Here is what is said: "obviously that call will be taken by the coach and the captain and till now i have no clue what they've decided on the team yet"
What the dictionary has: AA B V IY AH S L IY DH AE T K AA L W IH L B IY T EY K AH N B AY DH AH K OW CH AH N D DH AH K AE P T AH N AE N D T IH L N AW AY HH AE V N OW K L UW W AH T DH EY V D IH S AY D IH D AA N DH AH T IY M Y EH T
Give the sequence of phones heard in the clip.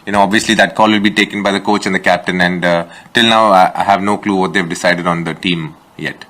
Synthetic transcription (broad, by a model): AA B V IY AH S L IY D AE T K AA L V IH L B IY T EY K AH N B AY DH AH K OW CH AH N D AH K AE P T AH N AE N D T IH L N AW AY HH AE V N OW K L UW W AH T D EY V D IH S AY D IH D AA N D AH T IY M Y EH T